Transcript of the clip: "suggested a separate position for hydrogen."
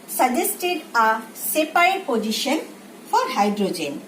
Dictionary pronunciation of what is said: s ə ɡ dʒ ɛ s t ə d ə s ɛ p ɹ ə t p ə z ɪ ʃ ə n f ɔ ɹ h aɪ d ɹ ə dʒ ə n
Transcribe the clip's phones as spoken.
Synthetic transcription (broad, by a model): s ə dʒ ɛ s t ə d ə s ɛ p ə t p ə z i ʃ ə n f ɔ ɹ h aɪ d ɹ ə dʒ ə n